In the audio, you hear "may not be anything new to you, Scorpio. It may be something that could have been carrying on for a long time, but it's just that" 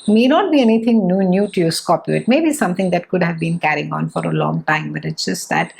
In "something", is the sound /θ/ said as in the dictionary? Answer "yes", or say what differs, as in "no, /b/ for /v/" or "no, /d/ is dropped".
no, /t/ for /θ/